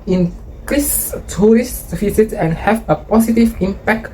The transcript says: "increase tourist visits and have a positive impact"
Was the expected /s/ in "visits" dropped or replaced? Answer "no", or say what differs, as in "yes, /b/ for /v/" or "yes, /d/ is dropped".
yes, /s/ is dropped